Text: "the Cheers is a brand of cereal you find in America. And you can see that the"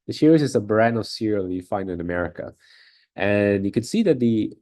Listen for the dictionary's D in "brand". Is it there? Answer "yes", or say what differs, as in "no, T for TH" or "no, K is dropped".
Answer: no, D is dropped